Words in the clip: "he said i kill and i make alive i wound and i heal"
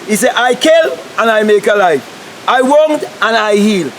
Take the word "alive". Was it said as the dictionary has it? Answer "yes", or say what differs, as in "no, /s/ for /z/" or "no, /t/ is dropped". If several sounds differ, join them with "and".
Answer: no, /f/ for /v/